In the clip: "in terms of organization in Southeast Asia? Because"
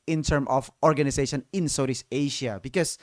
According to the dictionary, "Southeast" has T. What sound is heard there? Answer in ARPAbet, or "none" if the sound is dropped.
none